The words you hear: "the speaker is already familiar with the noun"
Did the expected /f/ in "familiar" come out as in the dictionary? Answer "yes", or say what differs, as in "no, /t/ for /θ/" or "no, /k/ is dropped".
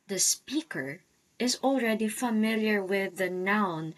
yes